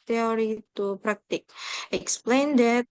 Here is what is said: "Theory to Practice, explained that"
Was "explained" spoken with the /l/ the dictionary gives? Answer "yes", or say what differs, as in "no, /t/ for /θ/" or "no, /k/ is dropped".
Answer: yes